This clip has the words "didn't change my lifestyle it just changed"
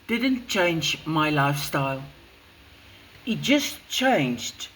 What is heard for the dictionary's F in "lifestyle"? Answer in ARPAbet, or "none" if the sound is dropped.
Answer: F